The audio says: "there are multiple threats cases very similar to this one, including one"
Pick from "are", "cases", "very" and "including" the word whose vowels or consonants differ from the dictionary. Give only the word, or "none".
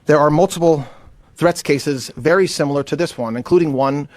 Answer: none